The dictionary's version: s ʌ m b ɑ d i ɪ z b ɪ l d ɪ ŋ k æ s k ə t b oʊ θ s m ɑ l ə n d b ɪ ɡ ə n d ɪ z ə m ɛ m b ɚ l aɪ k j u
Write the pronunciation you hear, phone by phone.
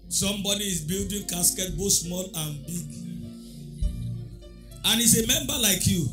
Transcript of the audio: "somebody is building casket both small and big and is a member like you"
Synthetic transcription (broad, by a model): s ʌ m b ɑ d i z b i l d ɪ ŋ k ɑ s k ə t b oʊ t s m ɑ l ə n b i ɡ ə n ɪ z ə m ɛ m b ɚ l aɪ k j u